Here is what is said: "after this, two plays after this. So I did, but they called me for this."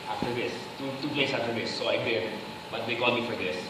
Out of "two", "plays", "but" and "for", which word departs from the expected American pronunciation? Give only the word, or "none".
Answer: plays